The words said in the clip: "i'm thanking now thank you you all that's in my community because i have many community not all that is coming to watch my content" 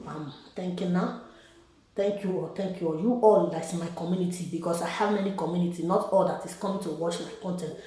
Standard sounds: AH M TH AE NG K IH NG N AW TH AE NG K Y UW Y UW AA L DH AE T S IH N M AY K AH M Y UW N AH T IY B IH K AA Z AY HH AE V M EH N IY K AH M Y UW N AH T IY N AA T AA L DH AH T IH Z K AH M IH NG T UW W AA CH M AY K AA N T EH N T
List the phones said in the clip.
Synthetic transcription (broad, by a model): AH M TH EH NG K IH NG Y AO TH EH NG K Y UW Y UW AA L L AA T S IH N M AY K AH M Y UW N AH T IY B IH K AA S AY HH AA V M EH N IY K AH M Y UW N AH T IY N AA T AA L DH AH T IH S K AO M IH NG T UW W AA CH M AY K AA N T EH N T